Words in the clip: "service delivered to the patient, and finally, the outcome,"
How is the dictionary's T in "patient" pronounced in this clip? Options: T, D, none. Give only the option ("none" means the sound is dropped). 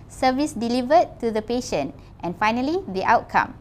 T